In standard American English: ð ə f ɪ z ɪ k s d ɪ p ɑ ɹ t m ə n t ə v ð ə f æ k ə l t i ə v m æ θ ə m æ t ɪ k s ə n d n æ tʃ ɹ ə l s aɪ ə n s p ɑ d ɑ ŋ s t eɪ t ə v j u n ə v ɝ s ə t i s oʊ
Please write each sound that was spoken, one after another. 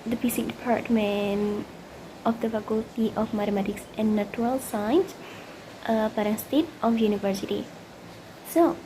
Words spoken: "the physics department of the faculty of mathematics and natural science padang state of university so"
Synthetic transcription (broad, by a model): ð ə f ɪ s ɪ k d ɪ p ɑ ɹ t m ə n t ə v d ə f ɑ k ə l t i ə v m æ t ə m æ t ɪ k s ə n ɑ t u ɹ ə l s aɪ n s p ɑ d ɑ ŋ s t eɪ t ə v j u n ə v ɝ s ə t i s oʊ